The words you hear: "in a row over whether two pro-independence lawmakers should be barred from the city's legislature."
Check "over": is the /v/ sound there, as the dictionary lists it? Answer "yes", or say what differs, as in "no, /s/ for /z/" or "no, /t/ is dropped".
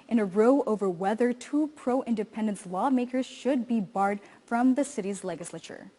yes